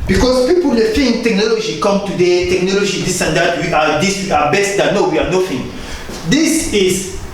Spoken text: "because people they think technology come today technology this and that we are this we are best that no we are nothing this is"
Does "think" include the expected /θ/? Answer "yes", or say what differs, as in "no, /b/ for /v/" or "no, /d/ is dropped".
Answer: no, /f/ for /θ/